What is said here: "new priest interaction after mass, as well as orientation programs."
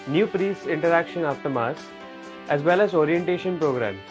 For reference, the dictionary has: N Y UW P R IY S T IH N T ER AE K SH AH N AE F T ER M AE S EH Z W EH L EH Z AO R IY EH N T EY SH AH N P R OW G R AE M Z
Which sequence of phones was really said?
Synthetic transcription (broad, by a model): N Y UW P R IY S IH N T ER AE K SH AH N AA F T ER M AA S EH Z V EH L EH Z AO R IY EH N T EY SH AH N P R OW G R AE M